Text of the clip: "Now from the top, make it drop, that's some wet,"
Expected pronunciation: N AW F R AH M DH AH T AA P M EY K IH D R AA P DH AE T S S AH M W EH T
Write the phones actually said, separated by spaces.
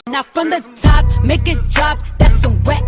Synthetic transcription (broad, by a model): N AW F R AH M DH AH T AA P M EY K IH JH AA B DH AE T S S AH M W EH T